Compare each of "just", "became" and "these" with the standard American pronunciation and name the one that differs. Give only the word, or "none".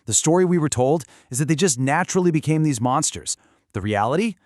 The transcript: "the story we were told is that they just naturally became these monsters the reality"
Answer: none